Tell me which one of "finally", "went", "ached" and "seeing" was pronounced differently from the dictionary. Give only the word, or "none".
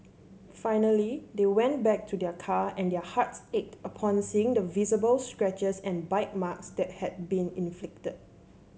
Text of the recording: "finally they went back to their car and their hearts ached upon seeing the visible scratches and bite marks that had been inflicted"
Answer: none